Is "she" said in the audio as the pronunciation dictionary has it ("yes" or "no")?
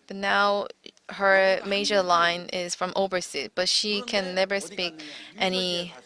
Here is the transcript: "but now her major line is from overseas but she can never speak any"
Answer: yes